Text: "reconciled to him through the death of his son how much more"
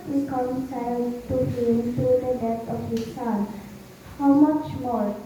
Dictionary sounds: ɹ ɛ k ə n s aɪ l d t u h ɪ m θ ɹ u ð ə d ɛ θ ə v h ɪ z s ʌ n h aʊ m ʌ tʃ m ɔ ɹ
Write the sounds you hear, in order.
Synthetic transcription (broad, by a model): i k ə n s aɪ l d t u h ɪ m t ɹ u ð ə d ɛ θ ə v h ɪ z s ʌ n h aʊ m ʌ tʃ m ɔ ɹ